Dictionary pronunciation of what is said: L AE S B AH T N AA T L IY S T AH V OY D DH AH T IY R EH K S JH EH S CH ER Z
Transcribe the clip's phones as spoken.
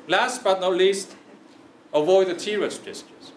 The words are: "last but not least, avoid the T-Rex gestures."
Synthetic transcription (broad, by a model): L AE S B AH T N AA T L IY S T AH V OY D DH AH T IY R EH S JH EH S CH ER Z